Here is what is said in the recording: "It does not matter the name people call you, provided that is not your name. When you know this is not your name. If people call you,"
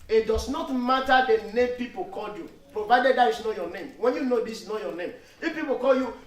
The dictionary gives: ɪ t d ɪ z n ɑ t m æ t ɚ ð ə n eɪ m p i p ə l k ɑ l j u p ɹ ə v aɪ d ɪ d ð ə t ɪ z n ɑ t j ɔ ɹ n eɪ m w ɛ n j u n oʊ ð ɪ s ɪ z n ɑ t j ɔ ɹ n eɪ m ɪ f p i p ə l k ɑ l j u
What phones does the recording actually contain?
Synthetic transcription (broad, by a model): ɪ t d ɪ s n ɑ t m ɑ t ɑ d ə n eɪ m p i p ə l k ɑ l j u p ɹ ə v aɪ d ɪ d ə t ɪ s n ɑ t j ɔ n eɪ m w ɛ n j u n oʊ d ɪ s n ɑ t j ɔ n eɪ m ɪ f p i p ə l k ɑ l j u